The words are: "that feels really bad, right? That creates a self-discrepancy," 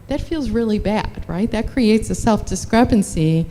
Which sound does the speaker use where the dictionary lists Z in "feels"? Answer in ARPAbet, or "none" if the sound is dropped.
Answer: Z